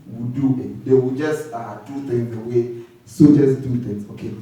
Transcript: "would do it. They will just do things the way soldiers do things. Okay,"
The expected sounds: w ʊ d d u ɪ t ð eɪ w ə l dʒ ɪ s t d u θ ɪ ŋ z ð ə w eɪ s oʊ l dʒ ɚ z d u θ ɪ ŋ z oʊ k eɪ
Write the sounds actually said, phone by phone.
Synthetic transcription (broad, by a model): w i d d u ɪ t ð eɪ w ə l dʒ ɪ s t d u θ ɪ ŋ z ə w eɪ s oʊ dʒ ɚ s d u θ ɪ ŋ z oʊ k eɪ